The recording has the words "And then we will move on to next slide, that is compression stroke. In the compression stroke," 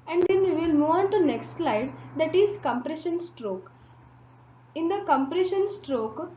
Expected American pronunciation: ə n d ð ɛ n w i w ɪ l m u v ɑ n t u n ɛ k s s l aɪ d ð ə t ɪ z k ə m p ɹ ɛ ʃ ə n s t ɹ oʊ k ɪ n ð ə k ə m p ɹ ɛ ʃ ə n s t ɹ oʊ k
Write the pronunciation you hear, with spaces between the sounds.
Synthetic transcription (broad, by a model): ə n d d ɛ n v i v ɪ l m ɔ ɑ n t u n ɛ k s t l aɪ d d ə t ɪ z k ə m p ɹ ɛ ʃ ə n s t ɹ oʊ k ɪ n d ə k ə m p ɹ ɛ ʃ ə n s t ɹ oʊ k